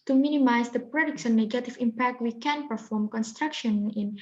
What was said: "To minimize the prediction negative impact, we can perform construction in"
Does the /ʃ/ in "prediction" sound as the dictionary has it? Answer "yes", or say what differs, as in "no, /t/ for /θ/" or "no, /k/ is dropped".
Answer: no, /s/ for /ʃ/